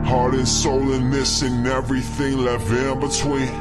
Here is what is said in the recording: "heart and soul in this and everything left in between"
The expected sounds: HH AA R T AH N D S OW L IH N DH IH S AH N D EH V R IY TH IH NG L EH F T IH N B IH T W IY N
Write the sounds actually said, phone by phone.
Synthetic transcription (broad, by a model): HH AA R T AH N S OW L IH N DH IH S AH N EH V R IY TH IH NG L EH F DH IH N B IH T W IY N